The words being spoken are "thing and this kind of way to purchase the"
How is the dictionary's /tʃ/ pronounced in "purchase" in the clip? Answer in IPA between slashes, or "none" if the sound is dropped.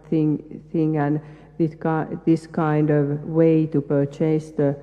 /tʃ/